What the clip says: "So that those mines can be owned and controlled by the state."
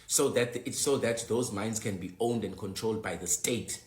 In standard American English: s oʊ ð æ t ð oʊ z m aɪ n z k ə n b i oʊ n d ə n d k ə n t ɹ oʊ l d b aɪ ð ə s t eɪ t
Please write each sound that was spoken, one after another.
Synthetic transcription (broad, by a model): s oʊ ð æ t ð oʊ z m aɪ n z k ə n b i oʊ n d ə n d k ə n t ɹ oʊ l d b aɪ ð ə s t eɪ t